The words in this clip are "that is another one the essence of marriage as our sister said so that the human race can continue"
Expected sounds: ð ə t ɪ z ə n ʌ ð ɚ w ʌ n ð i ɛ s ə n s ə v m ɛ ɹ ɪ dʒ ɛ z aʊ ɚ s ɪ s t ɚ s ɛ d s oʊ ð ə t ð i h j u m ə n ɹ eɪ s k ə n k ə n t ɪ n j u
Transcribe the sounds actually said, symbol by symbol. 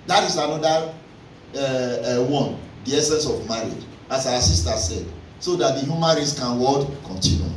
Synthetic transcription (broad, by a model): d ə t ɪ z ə n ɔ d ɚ w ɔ n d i ɛ s ə n s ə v m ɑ ɹ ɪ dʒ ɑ s aʊ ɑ s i s t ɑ s ɛ d s oʊ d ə t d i h j u m ə n ɹ eɪ s k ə n k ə n t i n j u